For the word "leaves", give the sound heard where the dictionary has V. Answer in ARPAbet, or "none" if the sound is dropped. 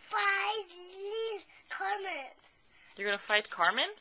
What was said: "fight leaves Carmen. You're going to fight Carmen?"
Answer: none